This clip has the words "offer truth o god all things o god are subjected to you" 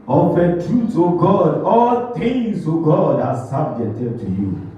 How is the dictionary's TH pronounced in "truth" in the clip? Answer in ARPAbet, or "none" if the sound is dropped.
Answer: S